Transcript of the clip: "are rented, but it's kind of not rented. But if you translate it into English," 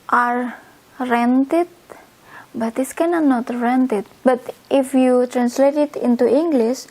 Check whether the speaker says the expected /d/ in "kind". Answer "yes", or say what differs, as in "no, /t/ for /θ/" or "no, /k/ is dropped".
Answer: no, /d/ is dropped